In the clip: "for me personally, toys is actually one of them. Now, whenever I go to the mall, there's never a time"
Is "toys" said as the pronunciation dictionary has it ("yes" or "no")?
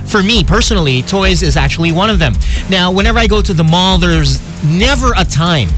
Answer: yes